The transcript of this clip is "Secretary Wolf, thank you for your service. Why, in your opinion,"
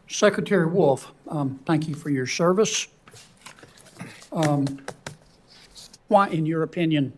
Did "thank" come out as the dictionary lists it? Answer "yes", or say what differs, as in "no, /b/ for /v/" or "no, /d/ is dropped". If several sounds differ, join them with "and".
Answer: yes